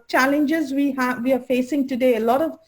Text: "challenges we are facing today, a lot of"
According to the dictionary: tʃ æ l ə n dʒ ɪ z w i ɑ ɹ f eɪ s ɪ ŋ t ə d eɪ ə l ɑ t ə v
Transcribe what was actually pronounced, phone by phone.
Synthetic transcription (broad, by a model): tʃ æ l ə n dʒ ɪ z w i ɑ w f eɪ s ɪ ŋ t ə d eɪ ə l ɑ t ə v